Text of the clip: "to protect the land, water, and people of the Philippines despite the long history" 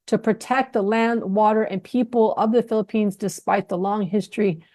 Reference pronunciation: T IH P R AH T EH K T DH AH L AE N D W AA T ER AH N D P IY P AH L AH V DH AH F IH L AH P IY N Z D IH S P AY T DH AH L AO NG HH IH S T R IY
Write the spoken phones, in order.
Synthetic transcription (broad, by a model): T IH P R AH T EH K T DH AH L AE N D W AA T ER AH N P IY P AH L AH V DH AH F IH L AH P IY N Z D IH S P AY T DH AH L AO NG HH IH S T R IY